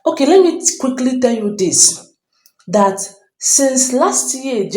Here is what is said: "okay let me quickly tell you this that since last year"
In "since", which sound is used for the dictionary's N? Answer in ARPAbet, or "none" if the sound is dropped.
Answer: N